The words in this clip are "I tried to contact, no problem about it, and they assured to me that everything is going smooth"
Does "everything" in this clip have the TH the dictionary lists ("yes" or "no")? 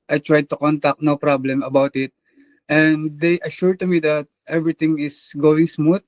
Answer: no